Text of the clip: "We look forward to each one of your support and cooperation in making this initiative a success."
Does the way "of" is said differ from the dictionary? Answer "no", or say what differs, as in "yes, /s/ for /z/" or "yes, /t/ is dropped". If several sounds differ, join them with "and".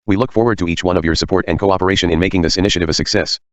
no